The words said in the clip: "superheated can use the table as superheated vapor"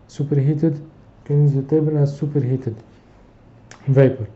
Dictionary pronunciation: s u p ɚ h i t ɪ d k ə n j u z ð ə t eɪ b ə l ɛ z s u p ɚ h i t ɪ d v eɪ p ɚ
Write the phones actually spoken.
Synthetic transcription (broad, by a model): s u p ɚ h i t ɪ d k ə n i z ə t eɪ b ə n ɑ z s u p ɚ h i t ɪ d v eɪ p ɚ